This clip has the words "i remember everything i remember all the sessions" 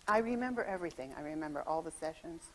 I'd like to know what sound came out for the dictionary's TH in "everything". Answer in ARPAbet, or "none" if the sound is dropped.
TH